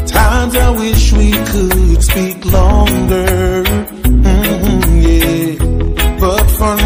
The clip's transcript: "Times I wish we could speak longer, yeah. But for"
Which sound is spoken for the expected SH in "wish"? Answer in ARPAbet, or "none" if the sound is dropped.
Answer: SH